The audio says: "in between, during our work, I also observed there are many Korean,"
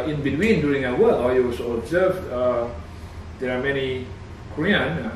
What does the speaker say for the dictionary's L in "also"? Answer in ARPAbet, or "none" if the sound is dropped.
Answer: none